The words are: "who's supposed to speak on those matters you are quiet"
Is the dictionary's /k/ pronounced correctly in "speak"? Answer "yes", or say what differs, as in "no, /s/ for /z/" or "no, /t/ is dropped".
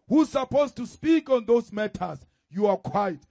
yes